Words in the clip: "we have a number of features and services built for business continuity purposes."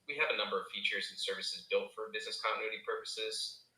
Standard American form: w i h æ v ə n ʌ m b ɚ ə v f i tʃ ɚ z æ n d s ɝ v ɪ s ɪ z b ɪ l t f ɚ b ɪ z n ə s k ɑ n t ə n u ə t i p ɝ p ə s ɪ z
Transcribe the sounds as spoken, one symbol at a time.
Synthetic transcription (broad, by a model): w i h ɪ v ə n ʌ m b ɚ ə v f i tʃ ɚ z n s ɝ v ɪ s ɪ z b ɪ l t f ɚ b ɪ z n ə s k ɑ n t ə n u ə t i p ɝ p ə s ɪ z